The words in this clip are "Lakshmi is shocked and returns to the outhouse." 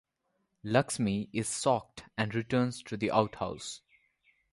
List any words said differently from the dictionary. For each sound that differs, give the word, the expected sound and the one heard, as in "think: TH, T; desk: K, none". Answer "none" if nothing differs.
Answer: lakshmi: SH, S; shocked: SH, S